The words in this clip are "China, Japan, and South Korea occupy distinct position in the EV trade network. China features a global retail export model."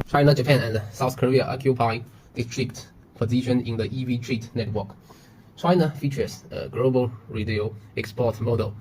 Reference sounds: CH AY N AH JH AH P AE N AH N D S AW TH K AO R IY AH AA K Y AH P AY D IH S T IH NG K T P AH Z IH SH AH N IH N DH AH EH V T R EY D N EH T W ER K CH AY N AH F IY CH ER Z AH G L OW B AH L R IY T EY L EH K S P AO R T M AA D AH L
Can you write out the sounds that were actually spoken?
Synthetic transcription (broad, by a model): CH AY N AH JH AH P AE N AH N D S AW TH K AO R IY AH AA K Y AH P AY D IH S T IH K T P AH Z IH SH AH N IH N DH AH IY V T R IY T N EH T W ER K CH AY N AH F IY CH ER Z AH G L OW B AH L R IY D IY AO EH K S P AO T M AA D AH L